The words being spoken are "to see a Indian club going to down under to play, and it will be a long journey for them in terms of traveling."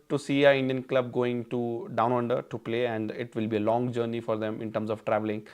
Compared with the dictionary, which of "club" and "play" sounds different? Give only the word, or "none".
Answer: none